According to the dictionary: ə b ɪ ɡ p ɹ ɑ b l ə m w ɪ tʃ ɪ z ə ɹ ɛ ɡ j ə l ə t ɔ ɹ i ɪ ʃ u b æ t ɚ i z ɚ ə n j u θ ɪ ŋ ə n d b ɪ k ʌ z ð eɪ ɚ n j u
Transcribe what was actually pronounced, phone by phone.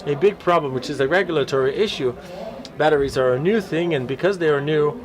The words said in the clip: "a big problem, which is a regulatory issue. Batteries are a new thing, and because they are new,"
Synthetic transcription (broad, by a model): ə b ɪ ɡ p ɹ ɑ b l ə m w ɪ tʃ ɪ z ə ɹ ɛ ɡ j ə l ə t ɔ ɹ i ɪ ʃ u b æ t ɚ i z ɚ ə n j u θ ɪ ŋ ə n b ɪ k ʌ z ð eɪ ɚ n j u